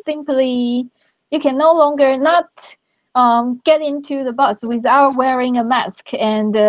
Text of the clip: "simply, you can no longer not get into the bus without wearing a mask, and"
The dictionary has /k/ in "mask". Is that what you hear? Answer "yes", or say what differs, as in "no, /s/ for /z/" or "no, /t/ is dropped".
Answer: yes